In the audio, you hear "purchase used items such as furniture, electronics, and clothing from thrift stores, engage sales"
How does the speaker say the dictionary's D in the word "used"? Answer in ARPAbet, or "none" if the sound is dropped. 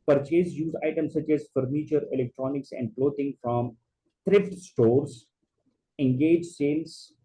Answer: none